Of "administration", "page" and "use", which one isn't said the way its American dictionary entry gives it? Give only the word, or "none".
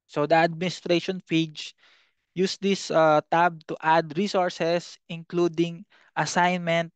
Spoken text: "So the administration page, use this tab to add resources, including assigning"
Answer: page